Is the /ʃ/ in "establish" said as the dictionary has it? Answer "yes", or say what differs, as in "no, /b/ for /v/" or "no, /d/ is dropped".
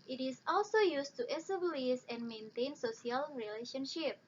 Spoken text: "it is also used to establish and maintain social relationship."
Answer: no, /s/ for /ʃ/